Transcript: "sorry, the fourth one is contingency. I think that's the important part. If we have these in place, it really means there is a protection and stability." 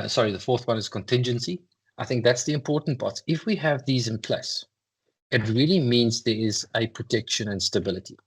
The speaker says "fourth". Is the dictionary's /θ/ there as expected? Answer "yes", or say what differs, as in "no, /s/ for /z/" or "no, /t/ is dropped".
yes